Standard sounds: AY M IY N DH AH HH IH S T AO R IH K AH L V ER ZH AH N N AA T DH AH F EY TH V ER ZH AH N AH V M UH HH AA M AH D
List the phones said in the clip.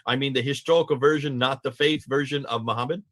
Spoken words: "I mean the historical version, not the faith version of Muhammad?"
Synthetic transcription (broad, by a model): AY M IY N DH AH HH IH S T AO R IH K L V ER ZH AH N N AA T DH AH F EY TH V ER ZH AH N AH V M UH HH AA M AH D